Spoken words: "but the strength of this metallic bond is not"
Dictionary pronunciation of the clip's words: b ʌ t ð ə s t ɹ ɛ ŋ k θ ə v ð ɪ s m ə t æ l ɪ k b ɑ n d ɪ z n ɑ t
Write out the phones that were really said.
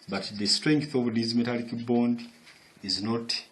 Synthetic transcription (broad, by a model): b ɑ t ð ə s t ɹ ɛ ŋ k θ ə v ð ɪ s m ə t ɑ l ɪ k b ɑ n d ɪ z n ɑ t